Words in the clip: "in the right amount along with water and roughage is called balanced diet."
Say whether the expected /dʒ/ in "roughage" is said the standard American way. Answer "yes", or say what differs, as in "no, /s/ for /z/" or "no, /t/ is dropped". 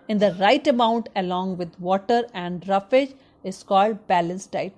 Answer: yes